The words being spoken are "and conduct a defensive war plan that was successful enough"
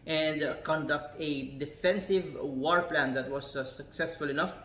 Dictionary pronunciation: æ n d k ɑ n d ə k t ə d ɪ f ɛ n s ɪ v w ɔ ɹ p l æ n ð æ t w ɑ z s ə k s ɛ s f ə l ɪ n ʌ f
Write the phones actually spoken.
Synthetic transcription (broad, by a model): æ n d k ɑ n d ə k t ə d ɪ f ɛ n s ɪ v w ɔ ɹ p l æ n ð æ t w ɑ z s ə k s ɛ s f ə l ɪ n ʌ f